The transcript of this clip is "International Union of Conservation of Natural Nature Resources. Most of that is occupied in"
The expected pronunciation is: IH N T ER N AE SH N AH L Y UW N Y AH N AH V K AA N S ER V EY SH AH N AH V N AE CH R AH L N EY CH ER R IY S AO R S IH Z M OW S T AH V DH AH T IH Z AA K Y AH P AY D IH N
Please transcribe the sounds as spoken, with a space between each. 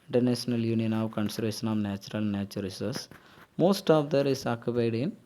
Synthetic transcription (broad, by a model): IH N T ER N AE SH N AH L Y UW N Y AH N AH V K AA N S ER V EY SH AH N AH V N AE CH R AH L N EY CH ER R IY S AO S M OW S T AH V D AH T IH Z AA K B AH IH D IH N